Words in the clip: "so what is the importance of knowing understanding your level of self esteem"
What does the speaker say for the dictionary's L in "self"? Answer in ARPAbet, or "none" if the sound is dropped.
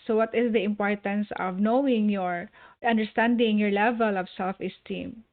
L